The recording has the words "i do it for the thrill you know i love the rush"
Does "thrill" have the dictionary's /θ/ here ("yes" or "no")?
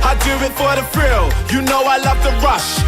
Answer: no